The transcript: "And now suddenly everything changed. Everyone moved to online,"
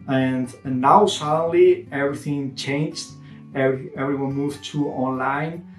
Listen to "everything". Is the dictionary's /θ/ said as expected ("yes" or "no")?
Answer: yes